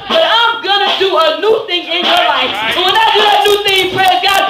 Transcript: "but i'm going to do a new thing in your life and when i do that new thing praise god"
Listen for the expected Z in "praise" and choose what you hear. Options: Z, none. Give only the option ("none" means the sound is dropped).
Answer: none